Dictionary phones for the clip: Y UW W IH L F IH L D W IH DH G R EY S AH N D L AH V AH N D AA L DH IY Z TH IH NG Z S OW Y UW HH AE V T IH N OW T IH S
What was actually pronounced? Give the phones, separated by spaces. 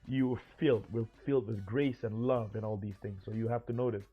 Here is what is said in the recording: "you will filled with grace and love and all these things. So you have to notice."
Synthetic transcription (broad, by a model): Y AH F IH L F IH L D W IH DH G R EY S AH N L AH V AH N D AA L DH IY Z TH IH NG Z S OW Y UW HH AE F T IH N OW T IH S